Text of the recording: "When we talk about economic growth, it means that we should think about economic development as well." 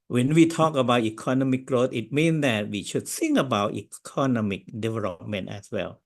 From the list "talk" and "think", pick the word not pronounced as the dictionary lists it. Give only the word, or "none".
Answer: think